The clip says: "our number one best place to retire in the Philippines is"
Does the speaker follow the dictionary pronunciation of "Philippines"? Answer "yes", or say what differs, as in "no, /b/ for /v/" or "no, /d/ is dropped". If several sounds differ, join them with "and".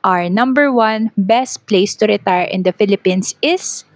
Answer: no, /s/ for /z/